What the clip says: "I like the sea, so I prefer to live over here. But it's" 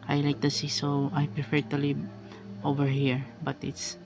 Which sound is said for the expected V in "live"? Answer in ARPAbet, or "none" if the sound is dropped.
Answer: none